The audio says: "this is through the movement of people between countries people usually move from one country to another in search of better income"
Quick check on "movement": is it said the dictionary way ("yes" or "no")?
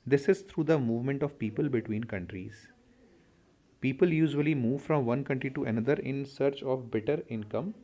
yes